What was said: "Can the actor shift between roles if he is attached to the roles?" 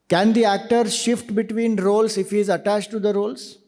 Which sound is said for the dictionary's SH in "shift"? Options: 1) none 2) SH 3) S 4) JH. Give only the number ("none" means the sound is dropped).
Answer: 2